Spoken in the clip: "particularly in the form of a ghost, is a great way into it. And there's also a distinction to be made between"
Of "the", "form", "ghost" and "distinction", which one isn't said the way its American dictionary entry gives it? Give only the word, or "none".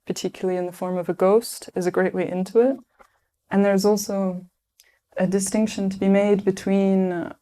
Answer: none